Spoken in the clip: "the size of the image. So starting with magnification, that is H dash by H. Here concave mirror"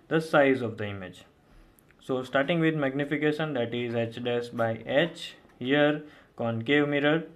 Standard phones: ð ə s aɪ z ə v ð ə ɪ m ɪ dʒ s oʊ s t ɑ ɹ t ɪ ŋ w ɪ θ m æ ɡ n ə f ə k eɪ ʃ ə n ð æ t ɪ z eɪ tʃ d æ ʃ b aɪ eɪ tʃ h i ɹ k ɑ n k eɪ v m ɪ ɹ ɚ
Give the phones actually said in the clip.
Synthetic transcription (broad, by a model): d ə s aɪ z ə v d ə ɪ m ɪ dʒ s oʊ s t ɑ ɹ t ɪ ŋ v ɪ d m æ ɡ n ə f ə k eɪ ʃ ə n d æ t ɪ z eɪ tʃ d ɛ s b aɪ eɪ tʃ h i ɹ k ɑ n k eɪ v m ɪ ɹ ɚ